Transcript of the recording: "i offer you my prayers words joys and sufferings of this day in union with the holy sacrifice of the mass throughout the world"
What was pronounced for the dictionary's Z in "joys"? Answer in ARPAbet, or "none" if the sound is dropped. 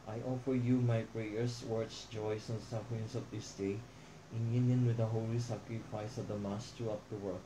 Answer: S